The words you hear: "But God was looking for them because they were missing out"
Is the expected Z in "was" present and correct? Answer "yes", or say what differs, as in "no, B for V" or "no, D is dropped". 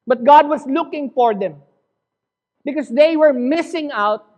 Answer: no, S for Z